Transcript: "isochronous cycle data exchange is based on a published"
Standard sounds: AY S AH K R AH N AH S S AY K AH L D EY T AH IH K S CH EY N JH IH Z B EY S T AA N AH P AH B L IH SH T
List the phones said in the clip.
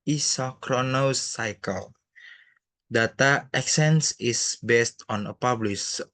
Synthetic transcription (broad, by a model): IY S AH K R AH N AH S S AY K AH L D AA T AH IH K S EY N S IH S B EY S T AA N AH P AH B L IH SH